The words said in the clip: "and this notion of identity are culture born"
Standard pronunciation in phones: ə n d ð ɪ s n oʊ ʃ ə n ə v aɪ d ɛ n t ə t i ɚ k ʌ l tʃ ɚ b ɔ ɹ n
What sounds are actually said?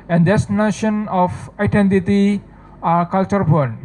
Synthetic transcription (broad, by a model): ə n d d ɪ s n oʊ ʃ ə n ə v aɪ d ɛ n t ə t i k ʌ l tʃ ɚ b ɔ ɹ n